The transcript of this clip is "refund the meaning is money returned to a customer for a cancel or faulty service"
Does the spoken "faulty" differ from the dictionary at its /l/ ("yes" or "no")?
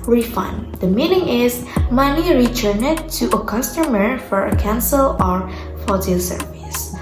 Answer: yes